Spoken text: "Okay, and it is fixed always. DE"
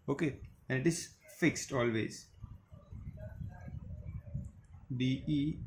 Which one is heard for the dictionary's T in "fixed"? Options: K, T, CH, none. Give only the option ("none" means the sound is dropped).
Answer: T